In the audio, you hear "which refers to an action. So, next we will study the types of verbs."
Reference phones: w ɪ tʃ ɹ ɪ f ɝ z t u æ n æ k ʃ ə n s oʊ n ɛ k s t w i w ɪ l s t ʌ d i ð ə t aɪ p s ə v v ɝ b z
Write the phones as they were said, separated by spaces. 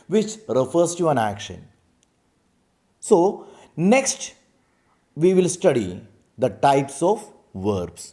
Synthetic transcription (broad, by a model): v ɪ tʃ ɹ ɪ f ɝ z t u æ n æ k ʃ ə n s oʊ n ɛ k s t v i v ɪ l s t ʌ d i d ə t aɪ p s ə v v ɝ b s